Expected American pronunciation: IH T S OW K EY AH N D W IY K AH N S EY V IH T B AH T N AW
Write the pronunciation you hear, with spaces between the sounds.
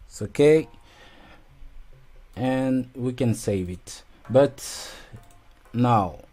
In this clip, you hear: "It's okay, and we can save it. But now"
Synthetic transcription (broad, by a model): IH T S OW K EY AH N W IY K AH N S EY V IH T B AH T N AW